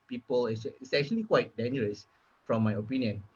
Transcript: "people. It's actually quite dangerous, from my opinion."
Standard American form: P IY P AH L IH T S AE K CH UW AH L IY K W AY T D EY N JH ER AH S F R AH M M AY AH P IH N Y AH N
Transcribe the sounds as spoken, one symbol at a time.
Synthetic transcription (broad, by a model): P IY P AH L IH S S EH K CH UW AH L IY K W AY T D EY N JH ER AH S F R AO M M AY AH P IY N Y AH N